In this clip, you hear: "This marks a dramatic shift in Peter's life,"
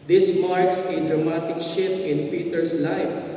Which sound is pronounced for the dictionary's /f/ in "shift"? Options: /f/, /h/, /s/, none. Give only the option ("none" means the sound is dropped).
none